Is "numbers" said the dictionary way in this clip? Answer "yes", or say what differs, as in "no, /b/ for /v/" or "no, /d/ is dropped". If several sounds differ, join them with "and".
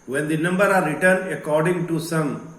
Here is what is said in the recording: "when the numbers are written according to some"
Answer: no, /z/ is dropped